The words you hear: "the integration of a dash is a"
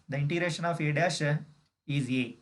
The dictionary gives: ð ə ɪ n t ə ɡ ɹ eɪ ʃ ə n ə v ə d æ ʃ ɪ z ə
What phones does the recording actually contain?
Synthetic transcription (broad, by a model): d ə ɪ n t ə ɡ ɹ eɪ ʃ ə n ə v ə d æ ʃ ɪ z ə